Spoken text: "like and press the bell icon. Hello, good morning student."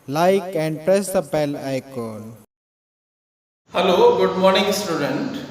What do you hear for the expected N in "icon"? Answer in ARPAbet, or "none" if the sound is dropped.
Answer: L